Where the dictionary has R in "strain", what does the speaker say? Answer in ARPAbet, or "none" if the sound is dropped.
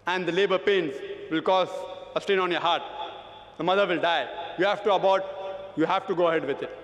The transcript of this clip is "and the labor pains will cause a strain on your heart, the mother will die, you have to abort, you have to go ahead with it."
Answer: none